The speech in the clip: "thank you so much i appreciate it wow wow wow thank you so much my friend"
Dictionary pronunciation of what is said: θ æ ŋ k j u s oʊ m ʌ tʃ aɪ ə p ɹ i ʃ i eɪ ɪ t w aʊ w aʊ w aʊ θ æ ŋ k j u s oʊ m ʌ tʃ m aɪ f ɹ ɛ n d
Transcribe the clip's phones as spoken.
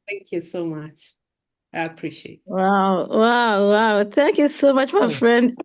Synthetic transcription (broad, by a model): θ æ ŋ k j u s oʊ m ʌ tʃ aɪ ə p ɹ i ʃ i eɪ ɪ t w aʊ w aʊ w aʊ θ æ ŋ k j u s oʊ m ʌ tʃ m aɪ f ɹ ɛ n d